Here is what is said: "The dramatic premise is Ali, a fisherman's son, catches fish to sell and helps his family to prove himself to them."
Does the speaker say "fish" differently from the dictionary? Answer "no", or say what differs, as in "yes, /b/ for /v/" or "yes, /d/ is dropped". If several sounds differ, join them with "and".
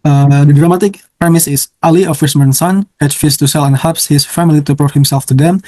yes, /s/ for /ʃ/